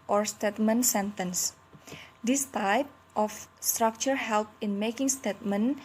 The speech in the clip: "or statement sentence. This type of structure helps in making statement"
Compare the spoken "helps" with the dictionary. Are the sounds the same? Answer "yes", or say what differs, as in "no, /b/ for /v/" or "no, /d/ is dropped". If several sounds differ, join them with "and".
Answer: no, /s/ is dropped